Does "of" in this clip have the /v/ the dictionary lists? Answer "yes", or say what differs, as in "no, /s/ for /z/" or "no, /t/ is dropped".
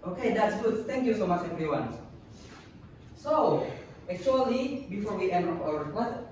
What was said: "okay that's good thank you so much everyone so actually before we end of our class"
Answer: no, /p/ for /v/